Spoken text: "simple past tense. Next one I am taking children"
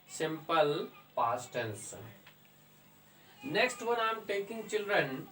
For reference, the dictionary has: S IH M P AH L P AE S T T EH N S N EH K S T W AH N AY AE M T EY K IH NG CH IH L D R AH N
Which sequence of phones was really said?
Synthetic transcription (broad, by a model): S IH M P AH L P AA S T T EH L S N EH K S T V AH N AY M T EY K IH NG CH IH L D R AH N